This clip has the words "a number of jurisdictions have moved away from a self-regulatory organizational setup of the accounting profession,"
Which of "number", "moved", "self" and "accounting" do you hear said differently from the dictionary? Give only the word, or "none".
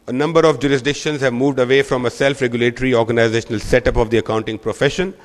none